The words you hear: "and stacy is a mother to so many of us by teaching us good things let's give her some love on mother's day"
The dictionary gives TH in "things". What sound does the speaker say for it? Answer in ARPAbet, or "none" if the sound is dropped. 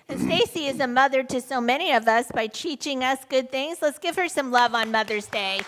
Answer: TH